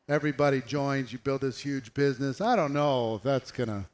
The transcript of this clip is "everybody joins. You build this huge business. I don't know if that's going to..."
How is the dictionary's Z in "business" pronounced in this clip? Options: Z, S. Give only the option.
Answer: Z